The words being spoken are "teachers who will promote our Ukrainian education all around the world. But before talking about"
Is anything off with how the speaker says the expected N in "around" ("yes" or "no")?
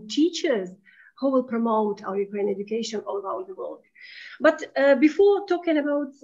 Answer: yes